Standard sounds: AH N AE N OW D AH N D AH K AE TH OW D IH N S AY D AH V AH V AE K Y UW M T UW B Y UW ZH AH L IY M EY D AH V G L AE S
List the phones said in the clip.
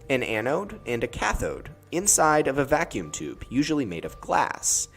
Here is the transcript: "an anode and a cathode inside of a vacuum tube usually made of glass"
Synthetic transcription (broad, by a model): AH N AE N OW D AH N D AH K AE TH OW D IH N S AY D AH V AH V AE K Y UW M T UW B Y UW ZH L IY M EY D AH V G L AE S